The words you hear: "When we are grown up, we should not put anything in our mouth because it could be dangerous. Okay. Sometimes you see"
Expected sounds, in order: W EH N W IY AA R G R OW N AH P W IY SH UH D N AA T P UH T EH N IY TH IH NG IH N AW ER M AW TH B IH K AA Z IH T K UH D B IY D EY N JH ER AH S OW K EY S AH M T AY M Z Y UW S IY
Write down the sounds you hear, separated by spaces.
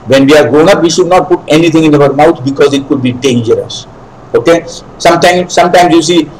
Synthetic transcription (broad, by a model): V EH N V IY AA R G R OW N AH P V IY SH UH D N AA T P UH T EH N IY T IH NG IH N AW ER M AW T B IH K AA Z IH T K UH D B IY D EY N JH ER AH S OW K EY S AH M T AY M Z Y UW S IY